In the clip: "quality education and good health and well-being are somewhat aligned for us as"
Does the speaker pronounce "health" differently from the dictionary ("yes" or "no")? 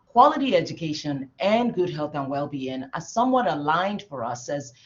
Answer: no